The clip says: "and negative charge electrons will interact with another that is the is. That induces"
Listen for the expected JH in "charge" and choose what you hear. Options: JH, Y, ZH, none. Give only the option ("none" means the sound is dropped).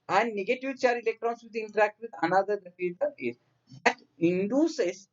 none